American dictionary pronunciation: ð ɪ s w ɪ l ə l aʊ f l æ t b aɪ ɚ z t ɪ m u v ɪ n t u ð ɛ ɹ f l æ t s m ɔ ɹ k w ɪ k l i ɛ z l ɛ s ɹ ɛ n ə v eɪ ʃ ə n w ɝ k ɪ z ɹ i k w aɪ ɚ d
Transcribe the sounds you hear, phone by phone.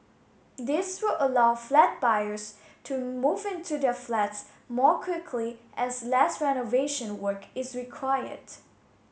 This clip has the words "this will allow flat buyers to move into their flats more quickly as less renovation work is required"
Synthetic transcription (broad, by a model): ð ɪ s w ɪ l ə l aʊ f l æ t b aɪ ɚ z t ɪ m u v ɪ n t u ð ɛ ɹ f l æ t s m ɔ ɹ k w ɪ k l i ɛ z l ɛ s ɹ ɛ n ə v eɪ ʃ ə n w ɝ k ɪ z ɹ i k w aɪ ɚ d